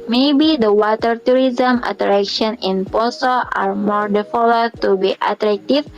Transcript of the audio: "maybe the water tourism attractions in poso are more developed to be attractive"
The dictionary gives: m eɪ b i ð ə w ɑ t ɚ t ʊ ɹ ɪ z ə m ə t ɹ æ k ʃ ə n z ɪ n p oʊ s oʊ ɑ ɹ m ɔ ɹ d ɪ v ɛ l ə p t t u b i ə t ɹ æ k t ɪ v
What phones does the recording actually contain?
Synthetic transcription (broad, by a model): m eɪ b i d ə w ɑ t ɚ t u ɹ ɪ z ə m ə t ɹ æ k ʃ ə n ɪ n p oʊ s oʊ ɑ ɹ m ɔ ɹ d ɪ f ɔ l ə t t u b i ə t ɹ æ k t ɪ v